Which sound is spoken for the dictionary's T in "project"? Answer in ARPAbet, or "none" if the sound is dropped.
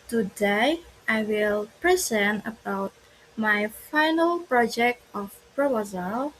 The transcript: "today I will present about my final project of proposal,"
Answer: T